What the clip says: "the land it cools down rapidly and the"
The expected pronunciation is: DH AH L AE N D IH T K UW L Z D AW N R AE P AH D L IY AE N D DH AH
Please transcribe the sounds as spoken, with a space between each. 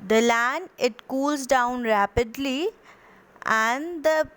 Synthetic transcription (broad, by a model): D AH L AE N IH T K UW L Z D AW N R AE P AH D L IY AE N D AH